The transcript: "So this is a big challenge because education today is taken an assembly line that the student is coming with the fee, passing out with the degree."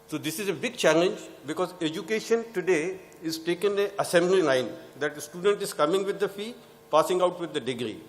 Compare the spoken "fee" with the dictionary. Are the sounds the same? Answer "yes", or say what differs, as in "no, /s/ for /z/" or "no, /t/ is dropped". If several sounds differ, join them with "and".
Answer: yes